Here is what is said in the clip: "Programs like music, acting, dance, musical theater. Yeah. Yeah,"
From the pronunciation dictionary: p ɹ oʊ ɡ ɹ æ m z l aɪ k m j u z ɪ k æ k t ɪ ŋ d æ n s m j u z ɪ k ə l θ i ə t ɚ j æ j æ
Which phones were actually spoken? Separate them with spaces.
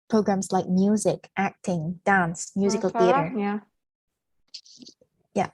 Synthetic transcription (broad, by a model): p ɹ oʊ ɡ ɹ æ m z l aɪ k m j u z ɪ k æ k t ɪ ŋ d æ n s m j u z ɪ k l θ i ə t ɚ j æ j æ